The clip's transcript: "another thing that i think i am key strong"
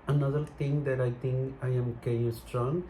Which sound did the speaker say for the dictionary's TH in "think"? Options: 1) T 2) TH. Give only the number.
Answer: 1